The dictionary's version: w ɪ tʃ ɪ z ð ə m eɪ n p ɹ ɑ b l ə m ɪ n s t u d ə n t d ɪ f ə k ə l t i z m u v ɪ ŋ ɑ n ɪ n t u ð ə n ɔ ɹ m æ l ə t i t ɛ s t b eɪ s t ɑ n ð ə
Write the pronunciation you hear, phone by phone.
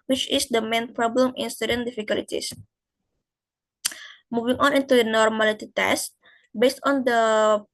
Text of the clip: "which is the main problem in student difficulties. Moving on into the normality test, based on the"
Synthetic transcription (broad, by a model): w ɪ tʃ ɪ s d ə m eɪ n p ɹ ɑ b l ə m ɪ n s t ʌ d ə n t d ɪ f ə k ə l t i s m u v ɪ ŋ ɑ n ɪ n t u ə n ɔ ɹ m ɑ l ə t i t ɛ s t b eɪ s t ɑ n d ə